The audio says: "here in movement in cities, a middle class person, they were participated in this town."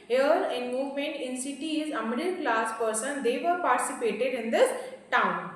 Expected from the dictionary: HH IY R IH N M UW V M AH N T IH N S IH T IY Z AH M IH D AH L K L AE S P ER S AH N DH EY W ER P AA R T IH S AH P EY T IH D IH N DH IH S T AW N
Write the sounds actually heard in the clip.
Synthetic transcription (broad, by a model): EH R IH N M UW V M AH N T IH N S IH T IY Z AH M IH D AH L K L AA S P ER S AH N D EY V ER P AA R T IH S AH P EY T IH D IH N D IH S T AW N